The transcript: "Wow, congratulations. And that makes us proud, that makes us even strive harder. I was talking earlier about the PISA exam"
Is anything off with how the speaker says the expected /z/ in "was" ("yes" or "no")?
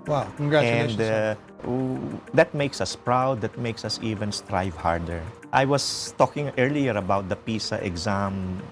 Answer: yes